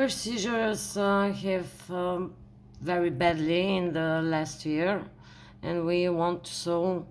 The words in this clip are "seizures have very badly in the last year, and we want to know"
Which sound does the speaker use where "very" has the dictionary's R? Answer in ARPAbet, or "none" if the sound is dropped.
R